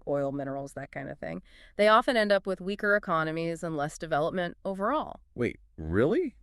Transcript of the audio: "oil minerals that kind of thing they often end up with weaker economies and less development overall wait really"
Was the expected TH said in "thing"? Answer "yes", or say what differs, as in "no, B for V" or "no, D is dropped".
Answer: yes